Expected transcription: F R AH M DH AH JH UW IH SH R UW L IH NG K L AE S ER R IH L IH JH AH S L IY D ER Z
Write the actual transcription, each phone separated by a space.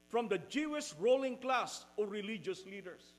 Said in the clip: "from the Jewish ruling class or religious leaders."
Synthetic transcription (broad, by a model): F R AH M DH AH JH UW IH S R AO L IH NG K L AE S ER R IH L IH JH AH S L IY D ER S